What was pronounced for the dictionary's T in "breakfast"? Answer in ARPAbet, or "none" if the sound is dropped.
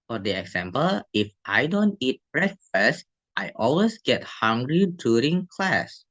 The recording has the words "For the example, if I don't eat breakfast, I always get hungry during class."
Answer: T